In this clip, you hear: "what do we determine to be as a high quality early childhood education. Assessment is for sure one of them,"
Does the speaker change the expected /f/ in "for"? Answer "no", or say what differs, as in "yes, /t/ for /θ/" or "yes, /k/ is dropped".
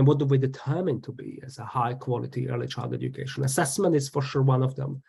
no